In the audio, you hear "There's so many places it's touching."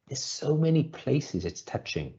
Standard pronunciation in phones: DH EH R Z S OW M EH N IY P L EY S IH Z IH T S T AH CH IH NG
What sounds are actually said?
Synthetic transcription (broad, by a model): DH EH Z S OW M EH N IY P L EY S IH Z IH T S T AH CH IH NG